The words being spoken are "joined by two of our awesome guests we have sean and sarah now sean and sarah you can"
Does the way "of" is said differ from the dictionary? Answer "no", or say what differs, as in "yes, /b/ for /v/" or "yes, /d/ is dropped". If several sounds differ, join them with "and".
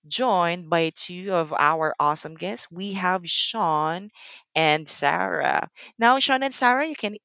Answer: no